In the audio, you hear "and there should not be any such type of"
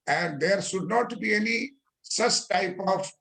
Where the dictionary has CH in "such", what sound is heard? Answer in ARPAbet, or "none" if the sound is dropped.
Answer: S